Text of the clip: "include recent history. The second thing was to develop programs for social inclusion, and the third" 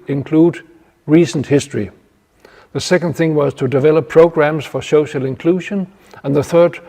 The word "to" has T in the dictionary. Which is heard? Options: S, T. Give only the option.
T